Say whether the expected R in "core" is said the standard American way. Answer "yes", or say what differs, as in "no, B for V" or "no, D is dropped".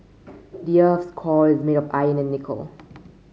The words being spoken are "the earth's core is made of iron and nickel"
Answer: no, L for R